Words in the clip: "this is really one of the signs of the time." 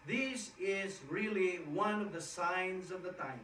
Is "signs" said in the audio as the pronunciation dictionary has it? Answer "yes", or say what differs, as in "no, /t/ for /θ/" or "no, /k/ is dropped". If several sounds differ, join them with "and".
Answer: yes